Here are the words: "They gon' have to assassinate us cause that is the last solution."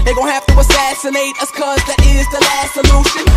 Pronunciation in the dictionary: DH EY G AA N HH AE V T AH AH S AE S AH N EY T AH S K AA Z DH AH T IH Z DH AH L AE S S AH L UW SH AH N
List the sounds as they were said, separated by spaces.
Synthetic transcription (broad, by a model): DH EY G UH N HH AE F T AH AH S AE S AH N EY T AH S K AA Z DH AH T IH Z DH AH L AE S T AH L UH SH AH N